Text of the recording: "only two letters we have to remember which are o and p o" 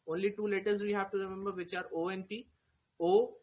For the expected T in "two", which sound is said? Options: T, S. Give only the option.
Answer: T